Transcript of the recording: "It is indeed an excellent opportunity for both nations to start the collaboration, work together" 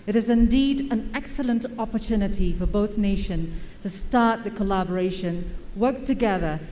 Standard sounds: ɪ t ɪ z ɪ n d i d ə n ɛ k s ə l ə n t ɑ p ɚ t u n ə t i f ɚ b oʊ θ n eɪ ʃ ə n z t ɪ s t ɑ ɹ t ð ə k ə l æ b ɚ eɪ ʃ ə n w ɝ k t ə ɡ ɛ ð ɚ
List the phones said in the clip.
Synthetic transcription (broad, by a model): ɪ t ɪ z ɪ n d i d ə n ɛ k s ə l ə n t ɑ p ɚ t u n ə t i f ɚ b oʊ θ n eɪ ʃ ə n t ɪ s t ɑ ɹ t ð ə k ə l æ b ɚ eɪ ʃ ə n w ɝ k t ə ɡ ɛ ð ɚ